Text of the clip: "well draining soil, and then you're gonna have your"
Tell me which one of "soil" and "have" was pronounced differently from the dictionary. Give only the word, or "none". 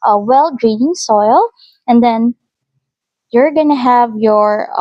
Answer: none